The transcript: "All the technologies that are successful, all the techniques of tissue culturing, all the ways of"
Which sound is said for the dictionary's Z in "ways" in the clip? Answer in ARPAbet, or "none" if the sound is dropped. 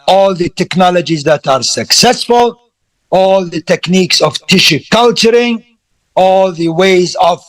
Z